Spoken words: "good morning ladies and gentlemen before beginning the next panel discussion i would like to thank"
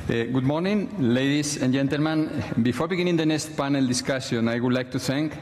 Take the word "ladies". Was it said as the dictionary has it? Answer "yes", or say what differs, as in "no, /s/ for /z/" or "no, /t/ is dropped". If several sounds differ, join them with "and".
no, /s/ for /z/